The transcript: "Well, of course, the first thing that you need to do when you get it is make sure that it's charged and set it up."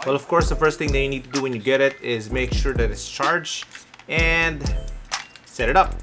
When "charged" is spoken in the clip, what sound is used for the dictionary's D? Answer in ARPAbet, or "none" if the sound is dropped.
none